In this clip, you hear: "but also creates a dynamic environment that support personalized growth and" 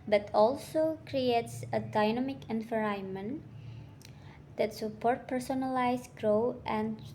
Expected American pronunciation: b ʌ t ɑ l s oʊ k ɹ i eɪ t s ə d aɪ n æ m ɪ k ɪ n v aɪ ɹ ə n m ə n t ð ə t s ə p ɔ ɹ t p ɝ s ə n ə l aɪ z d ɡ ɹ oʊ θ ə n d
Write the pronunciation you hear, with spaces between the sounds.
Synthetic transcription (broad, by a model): b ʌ t ɑ l s oʊ k ɹ i eɪ t s ə d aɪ n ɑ m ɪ k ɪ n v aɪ ɹ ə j m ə n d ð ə t s ə p ɔ ɹ t p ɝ s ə n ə l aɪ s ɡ ɹ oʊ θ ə n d